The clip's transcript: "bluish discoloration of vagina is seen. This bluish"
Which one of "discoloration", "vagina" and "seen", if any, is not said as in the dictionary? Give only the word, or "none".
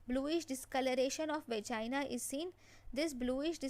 vagina